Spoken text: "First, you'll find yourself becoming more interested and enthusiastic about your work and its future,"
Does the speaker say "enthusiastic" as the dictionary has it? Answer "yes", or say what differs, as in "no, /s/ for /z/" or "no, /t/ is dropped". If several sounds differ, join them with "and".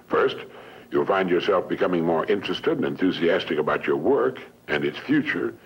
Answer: yes